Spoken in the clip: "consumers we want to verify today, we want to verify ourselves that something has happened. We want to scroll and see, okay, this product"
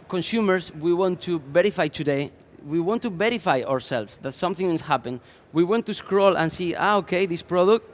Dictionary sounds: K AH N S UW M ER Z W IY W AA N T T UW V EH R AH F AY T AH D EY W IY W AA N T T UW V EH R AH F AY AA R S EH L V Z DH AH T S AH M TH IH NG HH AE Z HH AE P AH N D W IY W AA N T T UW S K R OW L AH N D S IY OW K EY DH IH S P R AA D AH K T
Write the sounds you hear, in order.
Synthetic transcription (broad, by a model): K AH N S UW M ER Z W IY W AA N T T UW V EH R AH F AY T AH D EY W IY W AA N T T UW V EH R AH F AY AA R S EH L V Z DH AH T S AH M TH IH NG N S HH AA P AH N W IY W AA N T T UW S K R OW L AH N S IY OW K EY DH IH S P R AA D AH K T